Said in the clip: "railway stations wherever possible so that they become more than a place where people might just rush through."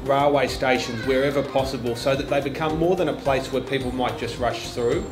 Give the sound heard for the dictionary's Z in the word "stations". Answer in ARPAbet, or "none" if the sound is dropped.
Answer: Z